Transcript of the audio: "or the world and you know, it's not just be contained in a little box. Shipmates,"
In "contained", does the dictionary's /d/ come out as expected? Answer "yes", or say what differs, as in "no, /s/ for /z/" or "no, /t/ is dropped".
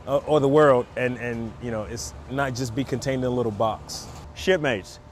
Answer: yes